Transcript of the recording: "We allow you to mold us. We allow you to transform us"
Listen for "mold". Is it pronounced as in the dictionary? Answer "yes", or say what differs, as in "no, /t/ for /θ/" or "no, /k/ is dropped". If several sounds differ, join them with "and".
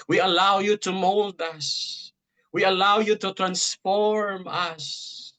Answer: yes